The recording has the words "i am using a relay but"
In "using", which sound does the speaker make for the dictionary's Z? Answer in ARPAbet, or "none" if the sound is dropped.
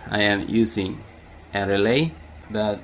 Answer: S